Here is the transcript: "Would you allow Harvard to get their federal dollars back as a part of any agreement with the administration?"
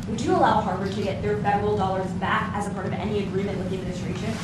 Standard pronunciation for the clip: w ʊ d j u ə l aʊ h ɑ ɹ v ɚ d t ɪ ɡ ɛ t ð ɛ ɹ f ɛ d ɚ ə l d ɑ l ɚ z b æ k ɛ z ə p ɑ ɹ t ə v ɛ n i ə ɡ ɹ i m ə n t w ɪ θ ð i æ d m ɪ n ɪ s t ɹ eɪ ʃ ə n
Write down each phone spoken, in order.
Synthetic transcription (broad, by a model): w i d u ə l aʊ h ɑ ɹ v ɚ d t ɪ ɡ ɛ t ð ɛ ɹ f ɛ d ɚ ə l d ɑ l ɚ z b æ k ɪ z ə p ɑ ɹ t ə v ɛ n i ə ɡ ɹ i m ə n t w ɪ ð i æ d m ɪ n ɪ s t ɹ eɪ ʃ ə n